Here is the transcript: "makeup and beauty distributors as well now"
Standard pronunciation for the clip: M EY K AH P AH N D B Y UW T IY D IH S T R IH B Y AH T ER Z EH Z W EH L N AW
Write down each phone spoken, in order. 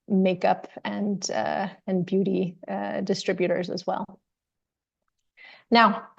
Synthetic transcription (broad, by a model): M EY K AH P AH N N B Y UW T IY D IH S T R IH B Y AH T ER Z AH Z W EH L N AW